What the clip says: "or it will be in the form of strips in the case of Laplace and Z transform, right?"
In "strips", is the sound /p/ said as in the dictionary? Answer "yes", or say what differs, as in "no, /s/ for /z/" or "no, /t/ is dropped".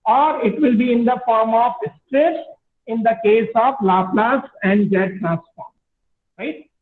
no, /p/ is dropped